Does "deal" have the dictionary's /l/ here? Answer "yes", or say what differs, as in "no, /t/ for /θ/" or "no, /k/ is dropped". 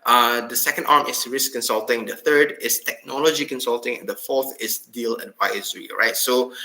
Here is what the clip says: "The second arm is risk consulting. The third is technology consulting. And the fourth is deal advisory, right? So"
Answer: yes